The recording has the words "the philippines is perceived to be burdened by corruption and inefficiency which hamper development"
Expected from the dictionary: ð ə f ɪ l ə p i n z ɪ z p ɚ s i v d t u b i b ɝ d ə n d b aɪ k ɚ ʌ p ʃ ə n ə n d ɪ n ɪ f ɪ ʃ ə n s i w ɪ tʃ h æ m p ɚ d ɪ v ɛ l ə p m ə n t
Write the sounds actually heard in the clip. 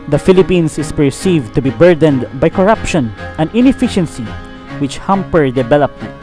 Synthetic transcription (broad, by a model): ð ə f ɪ l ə p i n s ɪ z p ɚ s i v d t u b i b ɝ d ə n d b aɪ k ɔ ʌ p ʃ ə n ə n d ɪ n ɪ f ɪ ʃ ə n s i w ɪ tʃ h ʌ m p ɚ d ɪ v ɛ l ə p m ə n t